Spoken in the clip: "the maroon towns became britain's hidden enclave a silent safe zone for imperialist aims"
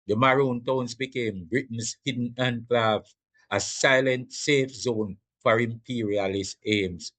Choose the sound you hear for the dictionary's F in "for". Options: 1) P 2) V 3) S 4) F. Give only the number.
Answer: 4